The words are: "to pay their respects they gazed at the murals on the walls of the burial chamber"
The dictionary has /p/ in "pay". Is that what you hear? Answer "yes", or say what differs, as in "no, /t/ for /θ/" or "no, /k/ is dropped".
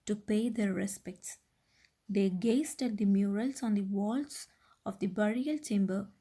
yes